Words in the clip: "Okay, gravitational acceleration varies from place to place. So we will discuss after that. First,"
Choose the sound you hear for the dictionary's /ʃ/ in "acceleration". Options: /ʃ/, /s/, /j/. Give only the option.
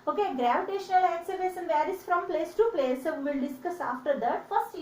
/s/